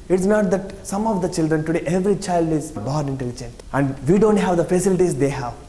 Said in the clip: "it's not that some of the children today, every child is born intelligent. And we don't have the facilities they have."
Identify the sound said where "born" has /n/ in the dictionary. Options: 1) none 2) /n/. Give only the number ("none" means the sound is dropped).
1